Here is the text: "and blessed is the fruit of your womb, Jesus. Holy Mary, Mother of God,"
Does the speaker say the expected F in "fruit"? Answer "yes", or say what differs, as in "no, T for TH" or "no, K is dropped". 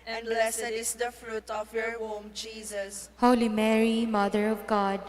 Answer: yes